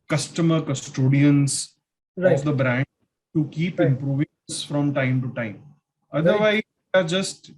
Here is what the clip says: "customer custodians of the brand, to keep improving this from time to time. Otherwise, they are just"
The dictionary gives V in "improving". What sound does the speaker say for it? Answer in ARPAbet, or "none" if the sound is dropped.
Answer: V